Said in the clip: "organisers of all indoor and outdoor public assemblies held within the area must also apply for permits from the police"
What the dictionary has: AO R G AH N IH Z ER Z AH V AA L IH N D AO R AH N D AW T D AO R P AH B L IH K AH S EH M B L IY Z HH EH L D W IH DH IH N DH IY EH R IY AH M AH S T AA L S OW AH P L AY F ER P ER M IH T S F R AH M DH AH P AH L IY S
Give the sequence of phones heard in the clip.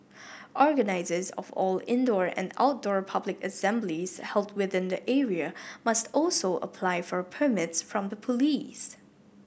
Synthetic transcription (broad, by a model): AO R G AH N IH Z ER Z AH V AA L IH N D AO R AH N D AW T D AO R P AH B L IH K AH S EH M B L IY Z HH EH L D W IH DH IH N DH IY EH R IY AH M AH S T AA L S OW AH P L AY F ER P ER M IH T S F R AH M DH AH P AH L IY S